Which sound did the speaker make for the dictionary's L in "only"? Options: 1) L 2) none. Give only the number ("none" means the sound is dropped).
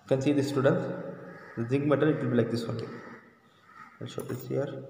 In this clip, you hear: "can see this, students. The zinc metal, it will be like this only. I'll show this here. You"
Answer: 2